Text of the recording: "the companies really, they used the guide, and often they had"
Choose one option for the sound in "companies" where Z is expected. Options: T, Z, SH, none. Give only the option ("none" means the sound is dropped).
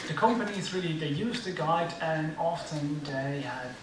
Z